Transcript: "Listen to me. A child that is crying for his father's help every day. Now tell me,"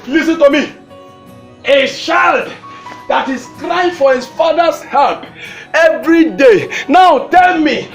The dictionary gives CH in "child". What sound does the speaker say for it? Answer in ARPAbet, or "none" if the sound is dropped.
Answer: SH